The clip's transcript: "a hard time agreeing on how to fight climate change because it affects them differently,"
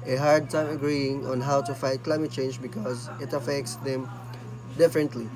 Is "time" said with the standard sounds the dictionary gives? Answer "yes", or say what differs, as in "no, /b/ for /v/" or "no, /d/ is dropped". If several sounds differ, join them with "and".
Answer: yes